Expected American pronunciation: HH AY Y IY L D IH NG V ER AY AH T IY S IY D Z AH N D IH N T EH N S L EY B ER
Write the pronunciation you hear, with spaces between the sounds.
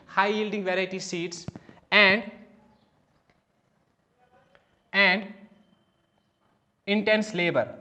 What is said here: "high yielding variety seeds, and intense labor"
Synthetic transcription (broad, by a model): HH AY Y IY L D IH NG V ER AY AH S IY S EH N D AH N D IH N T EH N S L EY B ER